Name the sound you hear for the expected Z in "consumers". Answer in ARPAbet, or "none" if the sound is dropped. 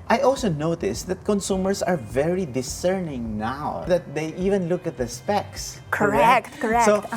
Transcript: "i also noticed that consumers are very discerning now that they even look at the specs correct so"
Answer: S